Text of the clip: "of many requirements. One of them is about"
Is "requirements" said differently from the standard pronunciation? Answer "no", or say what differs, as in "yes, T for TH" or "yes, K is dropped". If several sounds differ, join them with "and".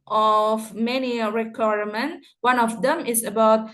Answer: yes, S is dropped